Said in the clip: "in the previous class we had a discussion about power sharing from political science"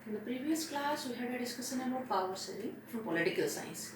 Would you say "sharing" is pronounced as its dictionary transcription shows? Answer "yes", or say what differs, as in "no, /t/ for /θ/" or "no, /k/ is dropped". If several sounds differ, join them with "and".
no, /s/ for /ʃ/